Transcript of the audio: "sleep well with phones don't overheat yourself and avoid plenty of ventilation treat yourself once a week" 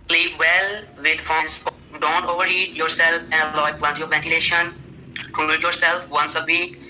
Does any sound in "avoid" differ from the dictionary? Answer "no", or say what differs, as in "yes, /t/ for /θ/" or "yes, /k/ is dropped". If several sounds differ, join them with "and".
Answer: yes, /v/ is dropped